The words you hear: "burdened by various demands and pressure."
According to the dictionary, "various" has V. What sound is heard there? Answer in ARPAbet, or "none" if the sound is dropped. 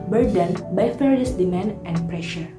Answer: F